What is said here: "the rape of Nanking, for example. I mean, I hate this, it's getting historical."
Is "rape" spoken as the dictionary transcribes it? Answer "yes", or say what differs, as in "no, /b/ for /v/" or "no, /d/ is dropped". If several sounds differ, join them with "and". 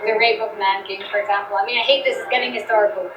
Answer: no, /b/ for /p/